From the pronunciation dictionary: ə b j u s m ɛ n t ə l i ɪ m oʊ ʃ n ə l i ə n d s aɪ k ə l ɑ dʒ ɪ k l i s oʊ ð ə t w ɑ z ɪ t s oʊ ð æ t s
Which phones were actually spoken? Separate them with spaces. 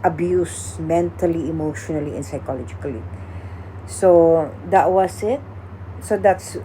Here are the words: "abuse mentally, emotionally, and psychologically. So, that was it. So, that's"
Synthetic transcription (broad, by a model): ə b j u s m ɛ n t ə l i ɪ m oʊ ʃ n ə l i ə n s aɪ k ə l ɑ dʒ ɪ k l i s oʊ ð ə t w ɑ s ɪ t s oʊ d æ t s